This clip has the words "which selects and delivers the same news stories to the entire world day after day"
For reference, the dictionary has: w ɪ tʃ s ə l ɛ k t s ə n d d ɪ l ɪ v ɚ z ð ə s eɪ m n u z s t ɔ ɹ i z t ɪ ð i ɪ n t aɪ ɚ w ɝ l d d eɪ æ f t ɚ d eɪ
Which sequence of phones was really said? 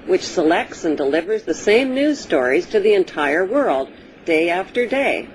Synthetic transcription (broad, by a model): w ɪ tʃ s ə l ɛ k t s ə n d d ɪ l ɪ v ɚ z ð ə s eɪ m n u z s t ɔ ɹ i z t ɪ ð i ɪ n t aɪ ɚ w ɝ l d d eɪ æ f t ɚ d eɪ